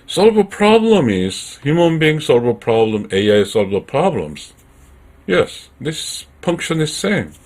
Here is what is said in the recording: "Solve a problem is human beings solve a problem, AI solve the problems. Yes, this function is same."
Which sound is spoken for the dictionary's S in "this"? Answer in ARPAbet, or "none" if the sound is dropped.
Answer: S